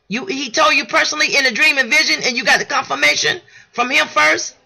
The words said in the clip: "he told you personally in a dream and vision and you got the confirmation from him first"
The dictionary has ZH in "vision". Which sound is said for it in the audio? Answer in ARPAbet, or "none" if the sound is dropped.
ZH